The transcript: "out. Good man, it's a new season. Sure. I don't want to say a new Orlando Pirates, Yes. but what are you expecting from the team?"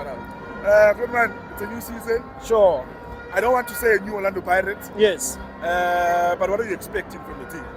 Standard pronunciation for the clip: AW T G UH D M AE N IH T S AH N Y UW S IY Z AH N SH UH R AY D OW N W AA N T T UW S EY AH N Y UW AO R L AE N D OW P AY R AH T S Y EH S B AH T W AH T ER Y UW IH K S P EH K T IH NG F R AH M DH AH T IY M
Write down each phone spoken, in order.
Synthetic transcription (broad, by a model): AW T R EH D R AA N IH T S AH N Y UW S IY Z AH N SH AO AY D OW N W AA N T T UW S EY AH N Y UW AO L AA N D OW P AY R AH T Y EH S B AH T W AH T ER Y UW IH K S P EH K T IH NG F R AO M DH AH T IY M